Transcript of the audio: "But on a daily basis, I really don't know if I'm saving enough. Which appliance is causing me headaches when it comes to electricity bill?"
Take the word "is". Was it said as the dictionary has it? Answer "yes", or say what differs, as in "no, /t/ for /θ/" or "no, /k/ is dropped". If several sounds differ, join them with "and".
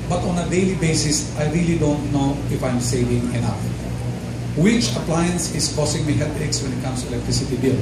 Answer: no, /s/ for /z/